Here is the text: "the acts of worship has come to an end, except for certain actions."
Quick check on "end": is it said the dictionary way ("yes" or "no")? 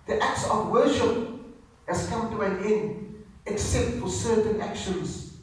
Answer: no